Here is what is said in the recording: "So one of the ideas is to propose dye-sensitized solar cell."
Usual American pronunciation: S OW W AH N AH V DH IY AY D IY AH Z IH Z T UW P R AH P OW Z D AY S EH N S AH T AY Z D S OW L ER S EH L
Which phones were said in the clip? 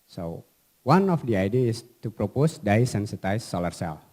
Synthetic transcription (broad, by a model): S OW W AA N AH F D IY AY D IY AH IH S T UW P R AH P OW S D AY S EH N S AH T AY S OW L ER S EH L